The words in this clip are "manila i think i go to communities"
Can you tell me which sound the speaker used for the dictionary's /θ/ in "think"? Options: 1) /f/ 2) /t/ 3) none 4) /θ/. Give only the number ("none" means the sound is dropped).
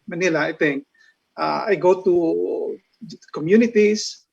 2